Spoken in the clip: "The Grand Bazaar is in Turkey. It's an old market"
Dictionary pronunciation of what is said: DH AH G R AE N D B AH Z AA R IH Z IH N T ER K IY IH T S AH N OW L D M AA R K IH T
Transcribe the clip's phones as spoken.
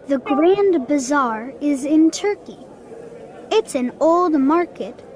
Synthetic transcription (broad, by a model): DH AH G R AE N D B AH Z AA R IH Z IH N T ER K IY IH T S AH N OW L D M AA R K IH T